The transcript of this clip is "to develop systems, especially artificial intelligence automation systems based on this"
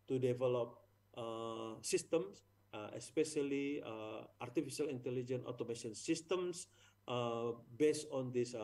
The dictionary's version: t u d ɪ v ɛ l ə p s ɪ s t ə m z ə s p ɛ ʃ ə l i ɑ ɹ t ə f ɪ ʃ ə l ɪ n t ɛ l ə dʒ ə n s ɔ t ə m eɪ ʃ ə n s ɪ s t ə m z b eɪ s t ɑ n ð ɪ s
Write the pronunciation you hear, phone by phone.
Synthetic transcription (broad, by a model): t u d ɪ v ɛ l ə p s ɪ s t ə m s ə s p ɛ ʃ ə l i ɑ ɹ t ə f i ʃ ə l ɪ n t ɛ l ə dʒ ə n ɔ t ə m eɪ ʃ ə n s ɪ s t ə m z b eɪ s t ɑ n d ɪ s